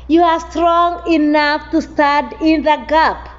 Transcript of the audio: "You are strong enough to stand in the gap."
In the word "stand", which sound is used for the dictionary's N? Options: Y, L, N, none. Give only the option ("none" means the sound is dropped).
none